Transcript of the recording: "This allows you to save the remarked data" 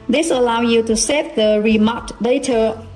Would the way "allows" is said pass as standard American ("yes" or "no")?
no